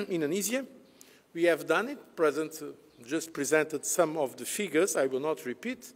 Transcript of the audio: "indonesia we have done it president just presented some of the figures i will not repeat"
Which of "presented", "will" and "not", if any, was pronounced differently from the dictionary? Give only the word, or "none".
none